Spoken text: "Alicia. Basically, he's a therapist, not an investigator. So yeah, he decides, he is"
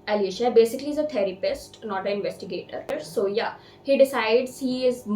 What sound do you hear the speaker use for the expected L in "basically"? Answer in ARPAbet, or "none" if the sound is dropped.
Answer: none